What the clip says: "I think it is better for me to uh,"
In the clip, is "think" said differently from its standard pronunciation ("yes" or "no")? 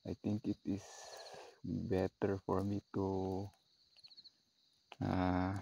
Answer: yes